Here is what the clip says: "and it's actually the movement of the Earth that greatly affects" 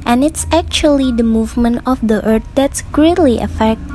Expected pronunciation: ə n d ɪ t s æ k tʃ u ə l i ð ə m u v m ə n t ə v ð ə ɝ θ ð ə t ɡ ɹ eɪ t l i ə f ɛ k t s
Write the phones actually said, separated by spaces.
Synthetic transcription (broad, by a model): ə n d ɪ t s æ k tʃ u ə l i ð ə m u v m ə n t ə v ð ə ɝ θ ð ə t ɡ ɹ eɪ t l i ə f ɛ k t